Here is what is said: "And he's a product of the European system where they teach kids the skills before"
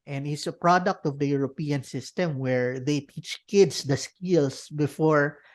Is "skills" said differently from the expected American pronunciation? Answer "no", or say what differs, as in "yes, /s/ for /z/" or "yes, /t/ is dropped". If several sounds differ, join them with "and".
yes, /s/ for /z/